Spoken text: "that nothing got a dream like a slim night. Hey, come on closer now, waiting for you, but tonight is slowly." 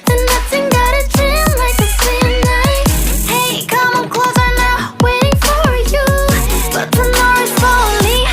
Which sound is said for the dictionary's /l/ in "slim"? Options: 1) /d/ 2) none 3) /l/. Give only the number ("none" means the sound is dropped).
2